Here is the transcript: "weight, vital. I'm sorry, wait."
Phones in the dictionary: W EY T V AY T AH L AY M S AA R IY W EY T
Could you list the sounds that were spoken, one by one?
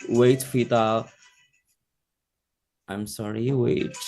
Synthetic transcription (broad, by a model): W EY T F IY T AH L AY M S AA R IY W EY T